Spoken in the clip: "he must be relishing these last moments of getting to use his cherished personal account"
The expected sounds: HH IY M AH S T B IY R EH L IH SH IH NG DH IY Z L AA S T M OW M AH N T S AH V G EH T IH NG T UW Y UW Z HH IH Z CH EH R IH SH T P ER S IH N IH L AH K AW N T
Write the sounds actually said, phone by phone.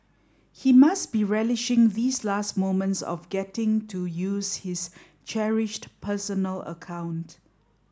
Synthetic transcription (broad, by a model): HH IY M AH S T B IY R EH L IH SH IH NG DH IY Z L AA S T M OW M AH N T S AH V G EH T IH NG T UW Y UW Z HH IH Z CH EH R IH SH T P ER S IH N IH L AH K AW N T